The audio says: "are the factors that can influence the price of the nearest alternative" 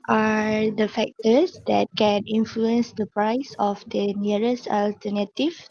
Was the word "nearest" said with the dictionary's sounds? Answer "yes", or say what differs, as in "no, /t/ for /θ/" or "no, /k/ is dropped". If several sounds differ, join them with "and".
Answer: no, /t/ is dropped